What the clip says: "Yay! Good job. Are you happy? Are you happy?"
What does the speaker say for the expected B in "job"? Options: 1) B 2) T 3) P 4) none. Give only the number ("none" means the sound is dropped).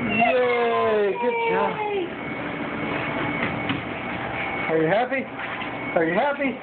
4